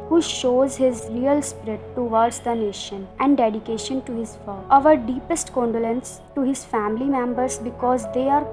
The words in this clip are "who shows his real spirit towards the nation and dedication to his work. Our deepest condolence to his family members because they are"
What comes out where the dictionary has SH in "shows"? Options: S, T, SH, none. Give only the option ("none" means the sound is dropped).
SH